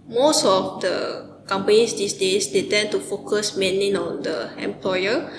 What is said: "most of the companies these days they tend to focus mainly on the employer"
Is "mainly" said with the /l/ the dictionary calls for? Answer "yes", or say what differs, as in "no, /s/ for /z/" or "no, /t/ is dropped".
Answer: no, /l/ is dropped